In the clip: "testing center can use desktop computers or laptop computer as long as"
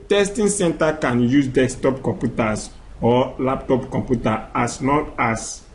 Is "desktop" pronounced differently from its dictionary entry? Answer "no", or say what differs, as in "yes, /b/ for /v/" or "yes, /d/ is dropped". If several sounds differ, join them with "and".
yes, /k/ is dropped